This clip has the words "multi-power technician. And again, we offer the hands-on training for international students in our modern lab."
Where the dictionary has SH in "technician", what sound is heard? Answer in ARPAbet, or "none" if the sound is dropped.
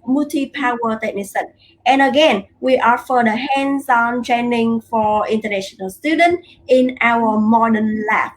S